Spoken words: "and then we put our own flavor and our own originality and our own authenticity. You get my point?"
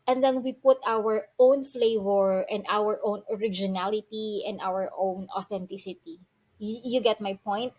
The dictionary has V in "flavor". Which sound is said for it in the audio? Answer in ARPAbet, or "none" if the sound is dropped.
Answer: V